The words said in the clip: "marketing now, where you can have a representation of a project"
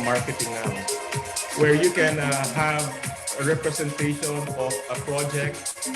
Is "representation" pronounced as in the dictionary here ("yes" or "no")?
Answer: no